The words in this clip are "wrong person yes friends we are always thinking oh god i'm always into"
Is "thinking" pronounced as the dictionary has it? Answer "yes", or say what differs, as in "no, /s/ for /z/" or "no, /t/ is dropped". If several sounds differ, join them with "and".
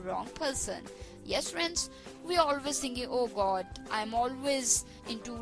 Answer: no, /t/ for /θ/